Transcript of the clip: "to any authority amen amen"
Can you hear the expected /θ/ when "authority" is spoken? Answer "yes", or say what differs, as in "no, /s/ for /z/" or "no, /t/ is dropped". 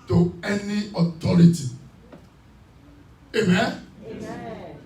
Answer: no, /t/ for /θ/